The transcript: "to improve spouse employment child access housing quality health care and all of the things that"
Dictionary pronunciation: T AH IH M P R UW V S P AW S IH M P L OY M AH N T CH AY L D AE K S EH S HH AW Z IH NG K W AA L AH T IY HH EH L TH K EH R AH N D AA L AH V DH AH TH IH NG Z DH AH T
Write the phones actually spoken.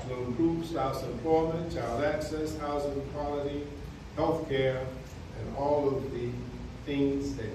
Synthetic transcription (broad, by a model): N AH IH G R UW P S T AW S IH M P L OY M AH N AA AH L AE K S EH S HH AW Z IH NG K W AA L AH T IY HH EH L TH K EH R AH N AA L AH V DH AH TH IH NG Z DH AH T